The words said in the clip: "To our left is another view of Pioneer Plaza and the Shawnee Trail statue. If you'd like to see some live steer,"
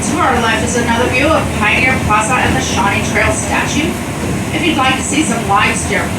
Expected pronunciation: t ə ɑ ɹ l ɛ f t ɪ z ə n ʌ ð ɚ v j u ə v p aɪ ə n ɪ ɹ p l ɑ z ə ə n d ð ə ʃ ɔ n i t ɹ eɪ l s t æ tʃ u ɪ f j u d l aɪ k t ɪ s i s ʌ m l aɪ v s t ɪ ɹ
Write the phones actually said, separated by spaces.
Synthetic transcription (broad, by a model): t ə ɑ ɹ l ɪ f ɪ z ə n ʌ ð ɚ v j u ə v p aɪ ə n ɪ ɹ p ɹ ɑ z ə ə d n ð ə ʃ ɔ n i t ɹ eɪ l s t æ tʃ u ɪ f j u d l aɪ k t ɪ s i s ʌ m l aɪ v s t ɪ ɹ